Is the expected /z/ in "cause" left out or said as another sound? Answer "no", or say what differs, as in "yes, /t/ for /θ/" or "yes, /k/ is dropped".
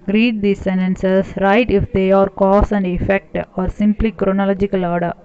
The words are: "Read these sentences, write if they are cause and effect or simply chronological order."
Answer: yes, /s/ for /z/